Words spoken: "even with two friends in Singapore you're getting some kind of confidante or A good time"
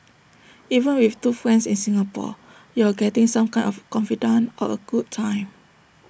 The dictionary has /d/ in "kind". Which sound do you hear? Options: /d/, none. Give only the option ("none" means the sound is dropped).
none